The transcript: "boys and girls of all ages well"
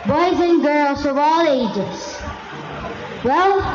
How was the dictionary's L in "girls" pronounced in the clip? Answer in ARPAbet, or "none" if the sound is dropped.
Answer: L